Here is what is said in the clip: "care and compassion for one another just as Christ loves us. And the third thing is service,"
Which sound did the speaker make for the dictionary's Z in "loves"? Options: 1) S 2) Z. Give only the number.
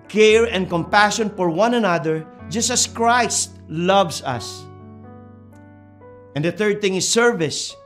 1